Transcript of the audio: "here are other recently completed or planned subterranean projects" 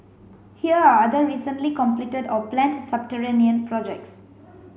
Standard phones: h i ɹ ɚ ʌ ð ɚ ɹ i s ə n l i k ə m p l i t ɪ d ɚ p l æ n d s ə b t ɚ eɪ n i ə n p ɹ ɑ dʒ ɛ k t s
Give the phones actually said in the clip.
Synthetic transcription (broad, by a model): h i ɹ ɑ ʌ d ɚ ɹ i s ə n l i k ə m p l i t ɪ d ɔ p l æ n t s ə b t ɚ eɪ n i ə n p ɹ ɑ dʒ ɛ k t s